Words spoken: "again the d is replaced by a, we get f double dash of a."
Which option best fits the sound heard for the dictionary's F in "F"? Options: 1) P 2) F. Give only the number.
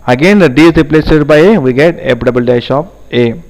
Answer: 1